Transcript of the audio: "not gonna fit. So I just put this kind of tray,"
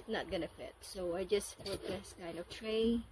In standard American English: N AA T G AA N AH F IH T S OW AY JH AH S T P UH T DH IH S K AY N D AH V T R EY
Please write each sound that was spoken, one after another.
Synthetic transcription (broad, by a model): N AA T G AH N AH F IH T S OW AY JH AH S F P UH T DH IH S K AY N D AH V T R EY